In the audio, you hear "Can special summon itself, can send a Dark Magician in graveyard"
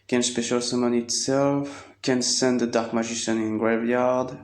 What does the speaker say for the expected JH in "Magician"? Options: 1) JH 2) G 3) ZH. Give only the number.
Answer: 3